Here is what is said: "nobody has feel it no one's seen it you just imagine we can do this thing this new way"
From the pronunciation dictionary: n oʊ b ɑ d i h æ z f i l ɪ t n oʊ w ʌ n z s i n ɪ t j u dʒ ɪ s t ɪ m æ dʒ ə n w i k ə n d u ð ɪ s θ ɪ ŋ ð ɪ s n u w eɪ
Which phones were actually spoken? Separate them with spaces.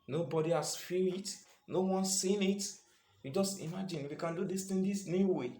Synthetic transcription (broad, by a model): n oʊ b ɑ d i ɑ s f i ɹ ɪ t n oʊ w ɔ n s i n ɪ t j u dʒ ɪ s t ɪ m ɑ dʒ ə n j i k ə n d u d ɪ s t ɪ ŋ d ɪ s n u w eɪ